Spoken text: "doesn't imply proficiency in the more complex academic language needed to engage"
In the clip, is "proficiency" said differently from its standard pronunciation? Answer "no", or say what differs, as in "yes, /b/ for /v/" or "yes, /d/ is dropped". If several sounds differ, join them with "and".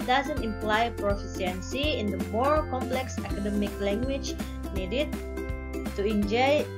yes, /s/ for /ʃ/